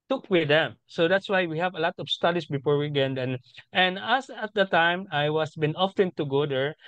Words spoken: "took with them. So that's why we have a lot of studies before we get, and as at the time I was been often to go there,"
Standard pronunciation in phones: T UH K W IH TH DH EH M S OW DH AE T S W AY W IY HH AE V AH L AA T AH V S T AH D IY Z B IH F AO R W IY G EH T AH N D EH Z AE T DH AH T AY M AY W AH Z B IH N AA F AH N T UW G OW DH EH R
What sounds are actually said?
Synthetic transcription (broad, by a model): T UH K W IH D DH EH M S OW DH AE T S W AY W IY HH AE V AH L AA T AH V S T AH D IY S B IH F AO R W IY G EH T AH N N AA S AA T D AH T AY M AY W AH S B IH N AA F AH N T UW G OW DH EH R